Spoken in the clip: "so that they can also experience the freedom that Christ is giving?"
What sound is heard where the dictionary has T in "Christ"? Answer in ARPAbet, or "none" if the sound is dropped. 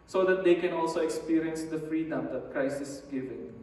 none